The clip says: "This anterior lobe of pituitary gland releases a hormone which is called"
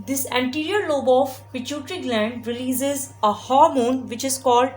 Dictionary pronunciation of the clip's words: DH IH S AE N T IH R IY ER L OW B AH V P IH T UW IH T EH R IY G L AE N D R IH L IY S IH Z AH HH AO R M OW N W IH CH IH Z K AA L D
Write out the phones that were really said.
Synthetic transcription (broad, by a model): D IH S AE N T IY R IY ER L OW B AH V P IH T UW T R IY G L AE N D R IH L IY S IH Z AH HH AO R M OW N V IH CH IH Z K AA L D